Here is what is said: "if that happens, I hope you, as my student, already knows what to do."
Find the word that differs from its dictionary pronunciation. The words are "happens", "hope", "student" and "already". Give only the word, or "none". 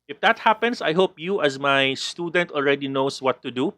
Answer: happens